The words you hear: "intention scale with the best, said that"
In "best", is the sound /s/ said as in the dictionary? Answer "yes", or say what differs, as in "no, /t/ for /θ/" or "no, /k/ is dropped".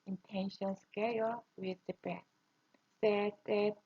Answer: no, /s/ is dropped